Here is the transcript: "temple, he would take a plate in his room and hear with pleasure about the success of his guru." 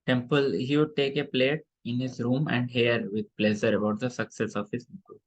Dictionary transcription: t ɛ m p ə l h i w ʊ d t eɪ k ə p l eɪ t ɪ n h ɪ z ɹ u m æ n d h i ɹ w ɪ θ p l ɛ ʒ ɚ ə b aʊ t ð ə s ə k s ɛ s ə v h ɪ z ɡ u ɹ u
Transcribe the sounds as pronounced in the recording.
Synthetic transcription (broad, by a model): t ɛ m p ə l h i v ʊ d t eɪ k ə p l eɪ t ɪ n h ɪ z ɹ u m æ n d h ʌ ɹ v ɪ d p l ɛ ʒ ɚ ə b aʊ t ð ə s ə k s ɛ s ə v h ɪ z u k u